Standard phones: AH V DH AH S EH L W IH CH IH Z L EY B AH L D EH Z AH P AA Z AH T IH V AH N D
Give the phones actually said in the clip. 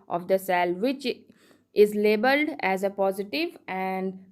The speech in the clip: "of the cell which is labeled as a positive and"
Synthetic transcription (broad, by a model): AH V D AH S EH L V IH CH IH Z L EY B AH L D EH Z AH P AA Z AH T IH V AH N D